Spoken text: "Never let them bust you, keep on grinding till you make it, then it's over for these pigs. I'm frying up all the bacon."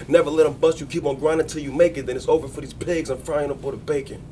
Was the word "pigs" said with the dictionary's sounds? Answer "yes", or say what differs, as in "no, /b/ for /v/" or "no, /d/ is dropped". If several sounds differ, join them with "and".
yes